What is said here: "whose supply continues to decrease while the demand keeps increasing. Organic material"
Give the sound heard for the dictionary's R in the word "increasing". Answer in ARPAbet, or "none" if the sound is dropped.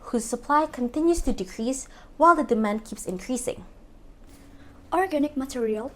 R